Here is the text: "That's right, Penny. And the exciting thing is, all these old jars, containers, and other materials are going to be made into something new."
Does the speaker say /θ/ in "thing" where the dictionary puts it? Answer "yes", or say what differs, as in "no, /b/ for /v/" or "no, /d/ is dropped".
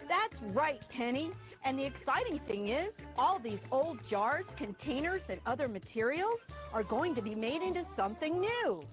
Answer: yes